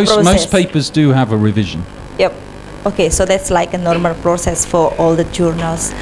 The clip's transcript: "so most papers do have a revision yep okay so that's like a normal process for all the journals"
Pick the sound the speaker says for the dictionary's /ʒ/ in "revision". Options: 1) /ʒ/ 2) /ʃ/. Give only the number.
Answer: 1